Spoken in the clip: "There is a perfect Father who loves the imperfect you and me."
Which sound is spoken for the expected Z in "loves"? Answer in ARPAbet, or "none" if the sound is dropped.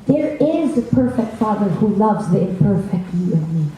Z